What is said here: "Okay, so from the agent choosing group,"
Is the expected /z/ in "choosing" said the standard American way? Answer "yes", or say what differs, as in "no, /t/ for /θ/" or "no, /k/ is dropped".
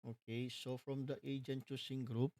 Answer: no, /s/ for /z/